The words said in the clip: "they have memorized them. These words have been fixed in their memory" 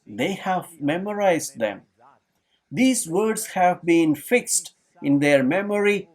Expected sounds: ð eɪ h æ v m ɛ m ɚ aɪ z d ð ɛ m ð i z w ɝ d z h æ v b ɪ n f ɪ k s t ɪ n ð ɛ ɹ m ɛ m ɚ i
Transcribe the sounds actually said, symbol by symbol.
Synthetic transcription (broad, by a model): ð eɪ h æ v m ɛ m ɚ aɪ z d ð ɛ m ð i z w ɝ d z h æ v b ɪ n f ɪ k s t ɪ n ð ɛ ɹ m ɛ m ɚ i